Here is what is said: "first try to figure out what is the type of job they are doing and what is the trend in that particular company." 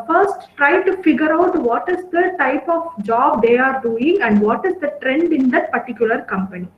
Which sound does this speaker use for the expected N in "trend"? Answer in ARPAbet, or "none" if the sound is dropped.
N